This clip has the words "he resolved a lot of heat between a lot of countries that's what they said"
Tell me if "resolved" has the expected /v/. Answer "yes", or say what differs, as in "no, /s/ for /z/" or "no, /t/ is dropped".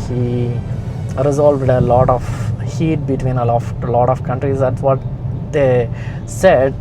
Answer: yes